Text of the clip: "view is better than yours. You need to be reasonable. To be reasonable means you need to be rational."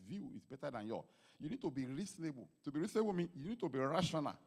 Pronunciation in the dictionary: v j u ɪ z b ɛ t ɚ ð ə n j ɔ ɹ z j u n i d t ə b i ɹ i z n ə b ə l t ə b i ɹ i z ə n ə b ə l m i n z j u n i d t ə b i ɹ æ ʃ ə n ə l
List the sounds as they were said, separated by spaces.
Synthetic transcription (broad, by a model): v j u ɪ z b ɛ t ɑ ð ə n j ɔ j u n i d t ə b i ɹ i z n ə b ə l t ə b i ɹ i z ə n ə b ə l m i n j u n i d t ə b i ɹ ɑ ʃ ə n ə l